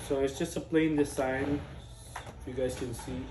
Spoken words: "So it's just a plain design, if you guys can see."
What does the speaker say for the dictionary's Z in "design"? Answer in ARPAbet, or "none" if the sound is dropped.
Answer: S